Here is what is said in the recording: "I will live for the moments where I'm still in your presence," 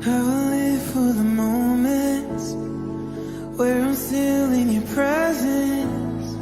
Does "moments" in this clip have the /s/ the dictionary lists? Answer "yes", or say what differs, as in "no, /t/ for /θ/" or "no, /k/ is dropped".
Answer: no, /s/ is dropped